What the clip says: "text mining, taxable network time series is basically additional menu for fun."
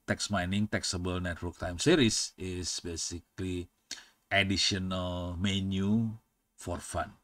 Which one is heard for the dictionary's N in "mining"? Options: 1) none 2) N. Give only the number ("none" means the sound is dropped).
2